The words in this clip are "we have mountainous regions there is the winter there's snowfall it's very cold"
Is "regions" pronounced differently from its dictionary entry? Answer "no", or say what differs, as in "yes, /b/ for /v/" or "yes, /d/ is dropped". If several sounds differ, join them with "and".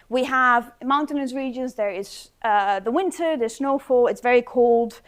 no